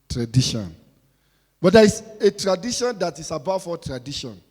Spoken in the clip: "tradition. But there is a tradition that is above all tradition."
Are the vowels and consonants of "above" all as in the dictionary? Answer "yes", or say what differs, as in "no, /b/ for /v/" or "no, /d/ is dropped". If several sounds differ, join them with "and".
no, /f/ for /v/